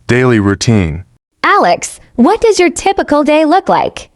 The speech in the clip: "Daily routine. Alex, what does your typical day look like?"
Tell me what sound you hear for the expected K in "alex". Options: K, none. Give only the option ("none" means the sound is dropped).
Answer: K